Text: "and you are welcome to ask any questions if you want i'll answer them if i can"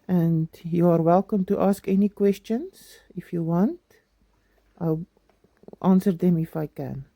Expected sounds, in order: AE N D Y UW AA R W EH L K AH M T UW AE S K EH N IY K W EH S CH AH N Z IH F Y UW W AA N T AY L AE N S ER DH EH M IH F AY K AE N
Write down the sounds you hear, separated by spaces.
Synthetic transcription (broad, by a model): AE N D Y UW AA R W EH L K AH M T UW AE S K EH N IY K W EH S CH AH N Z IH F Y UW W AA N T AY L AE N S ER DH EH M IH F AY K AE N